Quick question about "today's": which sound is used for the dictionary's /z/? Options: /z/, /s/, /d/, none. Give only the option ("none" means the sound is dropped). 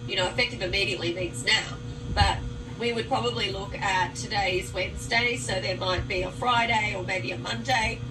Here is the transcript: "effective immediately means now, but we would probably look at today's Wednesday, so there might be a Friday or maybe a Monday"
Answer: /z/